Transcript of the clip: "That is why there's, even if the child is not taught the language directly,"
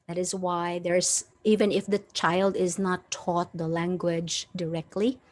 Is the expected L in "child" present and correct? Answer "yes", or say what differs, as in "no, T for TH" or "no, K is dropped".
yes